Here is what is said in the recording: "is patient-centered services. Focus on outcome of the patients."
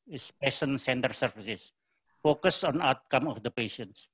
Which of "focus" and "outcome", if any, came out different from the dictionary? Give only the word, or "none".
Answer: none